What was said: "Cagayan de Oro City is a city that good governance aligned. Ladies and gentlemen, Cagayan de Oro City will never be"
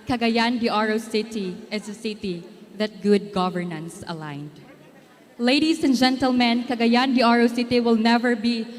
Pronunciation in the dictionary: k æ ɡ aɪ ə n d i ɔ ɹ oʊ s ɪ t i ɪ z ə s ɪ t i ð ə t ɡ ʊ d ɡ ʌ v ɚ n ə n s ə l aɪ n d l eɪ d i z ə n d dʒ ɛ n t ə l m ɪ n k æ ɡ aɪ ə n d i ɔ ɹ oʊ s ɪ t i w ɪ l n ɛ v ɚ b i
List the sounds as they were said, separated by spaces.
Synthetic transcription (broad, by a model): k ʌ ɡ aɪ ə n d i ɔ ɹ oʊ s ɪ t i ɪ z ə s ɪ t i ð ə t ɡ ʊ d ɡ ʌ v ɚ n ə n s ə l aɪ n d l eɪ d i s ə n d dʒ ɛ n t ə l m ɪ n k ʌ ɡ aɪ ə n d i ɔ ɹ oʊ s ɪ t i w ɪ l n ɛ v ɚ b i